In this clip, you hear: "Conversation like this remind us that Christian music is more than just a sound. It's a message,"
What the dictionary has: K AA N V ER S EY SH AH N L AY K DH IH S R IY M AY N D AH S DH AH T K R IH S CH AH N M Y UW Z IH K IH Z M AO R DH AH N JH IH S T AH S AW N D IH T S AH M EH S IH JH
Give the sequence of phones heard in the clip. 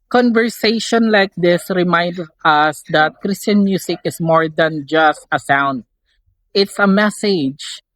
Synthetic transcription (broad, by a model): K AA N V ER S EY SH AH N L AY K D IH S R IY M AY N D AH S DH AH T K R IH S CH AH N M Y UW S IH K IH S M AO R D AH N JH IH S T AH S AW N D IH T S AH M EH S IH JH